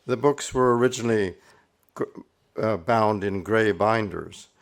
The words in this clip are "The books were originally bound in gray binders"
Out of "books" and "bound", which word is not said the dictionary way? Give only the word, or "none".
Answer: none